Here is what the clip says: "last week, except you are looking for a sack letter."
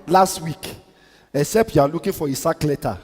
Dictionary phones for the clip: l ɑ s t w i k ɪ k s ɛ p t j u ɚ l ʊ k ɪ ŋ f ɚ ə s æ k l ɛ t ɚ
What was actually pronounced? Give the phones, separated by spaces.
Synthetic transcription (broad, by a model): l ɑ s t w i k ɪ s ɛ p j u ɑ l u k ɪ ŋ f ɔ ə s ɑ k l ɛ t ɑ